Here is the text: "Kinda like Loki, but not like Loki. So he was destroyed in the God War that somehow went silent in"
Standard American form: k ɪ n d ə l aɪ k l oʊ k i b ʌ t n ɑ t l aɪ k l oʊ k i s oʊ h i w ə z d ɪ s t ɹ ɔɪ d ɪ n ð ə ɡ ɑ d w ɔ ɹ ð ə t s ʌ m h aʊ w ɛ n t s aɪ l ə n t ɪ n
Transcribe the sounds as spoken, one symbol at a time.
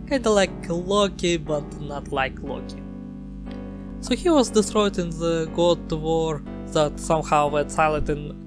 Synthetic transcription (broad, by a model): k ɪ n d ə l aɪ k l oʊ k i b ʌ t n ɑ t l aɪ k l oʊ k i s oʊ h i w ə z d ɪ s t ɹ ɔɪ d ɪ n ð ə ɡ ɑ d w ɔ ɹ ð ə t s ʌ m h aʊ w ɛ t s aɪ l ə t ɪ n